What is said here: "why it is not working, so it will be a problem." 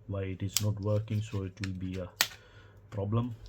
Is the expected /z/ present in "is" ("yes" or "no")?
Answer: no